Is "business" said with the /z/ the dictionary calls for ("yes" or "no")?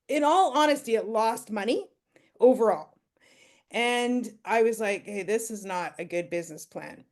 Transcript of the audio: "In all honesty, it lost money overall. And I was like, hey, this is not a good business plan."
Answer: yes